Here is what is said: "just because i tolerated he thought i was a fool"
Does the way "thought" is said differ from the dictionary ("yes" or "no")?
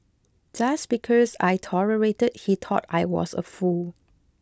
yes